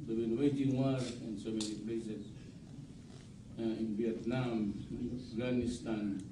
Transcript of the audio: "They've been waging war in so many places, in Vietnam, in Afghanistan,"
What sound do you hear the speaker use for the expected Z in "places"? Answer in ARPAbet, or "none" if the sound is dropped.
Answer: S